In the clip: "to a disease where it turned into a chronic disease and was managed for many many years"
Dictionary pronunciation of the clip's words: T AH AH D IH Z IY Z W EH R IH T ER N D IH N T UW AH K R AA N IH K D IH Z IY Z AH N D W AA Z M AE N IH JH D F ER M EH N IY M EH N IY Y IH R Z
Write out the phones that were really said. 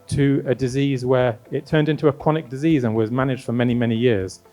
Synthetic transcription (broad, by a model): T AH AH D IH Z IY Z W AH R IH T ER N D IH N T UW AH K AA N IH K D IH Z IY Z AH N W AA Z M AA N IH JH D F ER M EH N IY M EH N IY Y IH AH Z